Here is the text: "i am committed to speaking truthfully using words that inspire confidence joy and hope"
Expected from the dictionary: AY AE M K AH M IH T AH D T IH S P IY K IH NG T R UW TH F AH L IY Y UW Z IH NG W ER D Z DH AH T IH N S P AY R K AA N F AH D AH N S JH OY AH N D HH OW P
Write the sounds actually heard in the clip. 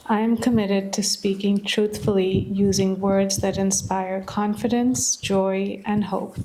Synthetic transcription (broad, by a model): AY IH M K AH M IH T AH D T IH S P IY K IH NG T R UW TH F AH L IY Y UW Z IH NG W ER D Z DH AH T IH N S P AY R K AA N F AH D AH N S JH OY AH N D HH OW P